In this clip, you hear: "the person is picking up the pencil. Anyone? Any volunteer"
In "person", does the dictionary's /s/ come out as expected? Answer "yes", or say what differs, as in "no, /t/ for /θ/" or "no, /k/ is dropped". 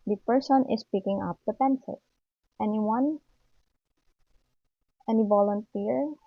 yes